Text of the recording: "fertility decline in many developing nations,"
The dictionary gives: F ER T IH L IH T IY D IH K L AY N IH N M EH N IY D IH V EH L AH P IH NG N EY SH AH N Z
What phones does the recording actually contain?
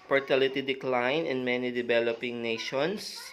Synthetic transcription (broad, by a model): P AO T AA L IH T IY D IH K L AY N IH N M EH N IY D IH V EH L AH P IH NG N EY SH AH N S